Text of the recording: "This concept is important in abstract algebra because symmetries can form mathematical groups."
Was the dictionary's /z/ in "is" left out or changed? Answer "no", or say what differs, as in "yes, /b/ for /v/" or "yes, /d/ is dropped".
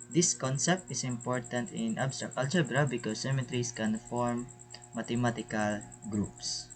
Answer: yes, /s/ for /z/